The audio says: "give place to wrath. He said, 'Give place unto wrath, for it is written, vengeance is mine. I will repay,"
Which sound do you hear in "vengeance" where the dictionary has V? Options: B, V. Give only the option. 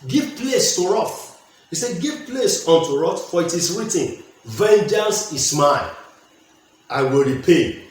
V